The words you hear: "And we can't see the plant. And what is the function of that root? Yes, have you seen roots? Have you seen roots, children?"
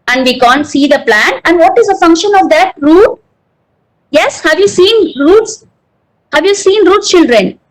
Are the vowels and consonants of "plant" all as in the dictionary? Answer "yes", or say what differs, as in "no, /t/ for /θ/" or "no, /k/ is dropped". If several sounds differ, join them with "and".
no, /t/ is dropped